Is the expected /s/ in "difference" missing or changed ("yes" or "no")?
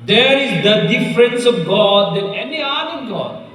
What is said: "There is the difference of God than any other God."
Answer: no